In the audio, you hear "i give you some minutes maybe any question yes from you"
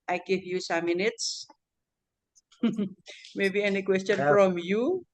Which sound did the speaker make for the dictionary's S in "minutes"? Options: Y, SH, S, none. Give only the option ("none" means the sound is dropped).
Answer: S